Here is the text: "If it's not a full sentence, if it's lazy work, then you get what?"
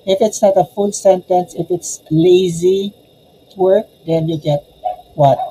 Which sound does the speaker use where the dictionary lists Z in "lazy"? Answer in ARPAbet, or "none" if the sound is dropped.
Z